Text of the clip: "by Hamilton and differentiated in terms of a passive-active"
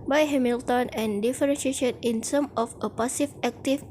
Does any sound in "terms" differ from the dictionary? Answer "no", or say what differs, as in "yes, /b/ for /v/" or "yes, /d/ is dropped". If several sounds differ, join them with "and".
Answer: yes, /s/ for /t/ and /z/ is dropped